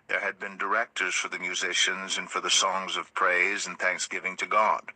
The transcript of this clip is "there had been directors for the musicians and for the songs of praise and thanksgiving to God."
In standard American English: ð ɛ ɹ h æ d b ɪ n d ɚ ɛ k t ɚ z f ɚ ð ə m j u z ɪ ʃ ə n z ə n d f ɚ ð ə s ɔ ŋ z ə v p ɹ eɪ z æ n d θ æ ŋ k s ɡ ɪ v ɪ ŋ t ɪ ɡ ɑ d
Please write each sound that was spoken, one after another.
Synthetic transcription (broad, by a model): ð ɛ ɹ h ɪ d b ɪ n d ɚ ɛ k t ɚ z f ɚ ð ə m j u z ɪ ʃ ə n z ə n f ɚ ð ə s ɔ ŋ z ə v p ɹ eɪ z n θ æ ŋ k s ɡ ɪ v ɪ ŋ t ɪ ɡ ɑ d